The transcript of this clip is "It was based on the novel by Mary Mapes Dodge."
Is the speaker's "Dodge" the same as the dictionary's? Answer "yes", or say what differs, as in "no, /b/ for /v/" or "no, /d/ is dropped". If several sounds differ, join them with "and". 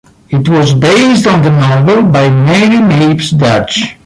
no, /tʃ/ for /dʒ/